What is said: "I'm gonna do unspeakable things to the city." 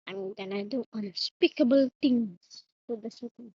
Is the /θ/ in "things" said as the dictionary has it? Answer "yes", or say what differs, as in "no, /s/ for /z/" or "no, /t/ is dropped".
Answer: no, /t/ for /θ/